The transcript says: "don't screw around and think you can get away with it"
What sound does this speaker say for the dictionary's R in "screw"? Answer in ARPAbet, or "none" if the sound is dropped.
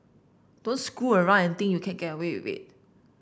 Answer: none